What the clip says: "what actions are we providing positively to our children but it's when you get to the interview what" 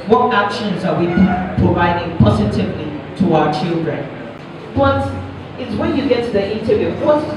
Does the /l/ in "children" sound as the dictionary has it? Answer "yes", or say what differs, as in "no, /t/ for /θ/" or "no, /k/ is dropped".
yes